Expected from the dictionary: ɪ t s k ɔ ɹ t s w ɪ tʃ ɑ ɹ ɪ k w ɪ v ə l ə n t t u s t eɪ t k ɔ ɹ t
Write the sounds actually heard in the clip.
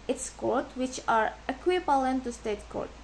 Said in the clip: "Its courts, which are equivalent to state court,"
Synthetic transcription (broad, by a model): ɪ t s k ɔ ɹ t w ɪ tʃ ɑ ɹ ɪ k w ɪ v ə l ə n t t u s t eɪ t k ɔ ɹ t